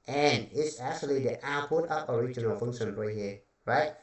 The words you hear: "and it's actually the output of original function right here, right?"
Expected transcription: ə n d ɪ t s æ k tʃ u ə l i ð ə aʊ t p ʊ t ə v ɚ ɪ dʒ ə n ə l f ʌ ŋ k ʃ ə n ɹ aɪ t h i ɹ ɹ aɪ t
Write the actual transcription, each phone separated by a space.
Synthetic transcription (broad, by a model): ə n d ɪ t s æ k tʃ u ə l i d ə t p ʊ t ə p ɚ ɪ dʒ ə n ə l f ʌ ŋ k ʃ ə n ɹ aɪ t h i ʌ ɹ aɪ t